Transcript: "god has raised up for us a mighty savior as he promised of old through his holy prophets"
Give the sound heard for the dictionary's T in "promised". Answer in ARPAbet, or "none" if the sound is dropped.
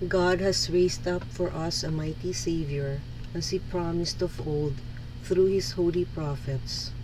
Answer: T